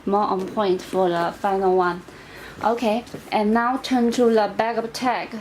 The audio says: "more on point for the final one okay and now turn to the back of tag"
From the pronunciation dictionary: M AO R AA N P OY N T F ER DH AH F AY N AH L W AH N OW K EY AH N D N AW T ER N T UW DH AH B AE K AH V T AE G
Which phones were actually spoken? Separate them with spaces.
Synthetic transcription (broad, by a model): M AO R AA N P OY N T F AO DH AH F AY N AH L W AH N OW K EY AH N N AW T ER N T UW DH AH B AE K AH P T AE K